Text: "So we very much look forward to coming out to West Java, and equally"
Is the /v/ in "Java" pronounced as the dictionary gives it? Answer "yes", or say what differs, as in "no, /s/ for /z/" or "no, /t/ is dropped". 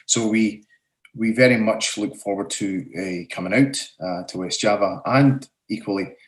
yes